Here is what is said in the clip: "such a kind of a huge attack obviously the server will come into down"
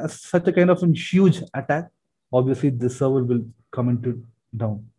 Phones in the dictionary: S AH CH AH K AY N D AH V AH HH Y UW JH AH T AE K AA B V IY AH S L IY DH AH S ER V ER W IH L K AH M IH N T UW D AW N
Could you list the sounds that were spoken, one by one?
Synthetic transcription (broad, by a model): S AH CH AH K AY N D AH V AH HH Y UW JH AH T AE K AA B V IY AH S L IY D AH S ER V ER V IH L K AH M IH N T UW D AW N